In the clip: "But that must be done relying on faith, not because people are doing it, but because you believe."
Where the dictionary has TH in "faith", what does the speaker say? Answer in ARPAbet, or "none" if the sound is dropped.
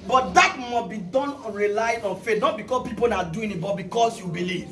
T